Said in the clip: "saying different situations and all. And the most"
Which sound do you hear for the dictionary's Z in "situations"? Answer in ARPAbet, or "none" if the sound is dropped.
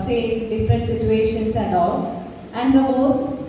S